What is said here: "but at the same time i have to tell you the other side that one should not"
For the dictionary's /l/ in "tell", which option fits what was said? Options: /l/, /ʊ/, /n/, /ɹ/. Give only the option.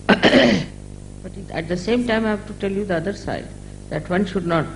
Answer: /l/